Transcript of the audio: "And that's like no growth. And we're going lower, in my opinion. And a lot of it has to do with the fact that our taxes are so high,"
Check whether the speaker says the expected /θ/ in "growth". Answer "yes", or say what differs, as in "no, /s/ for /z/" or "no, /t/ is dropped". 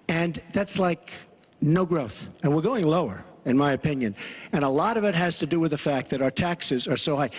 yes